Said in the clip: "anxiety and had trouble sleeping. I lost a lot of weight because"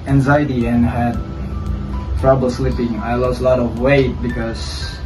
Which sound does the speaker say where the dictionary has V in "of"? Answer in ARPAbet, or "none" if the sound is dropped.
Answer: V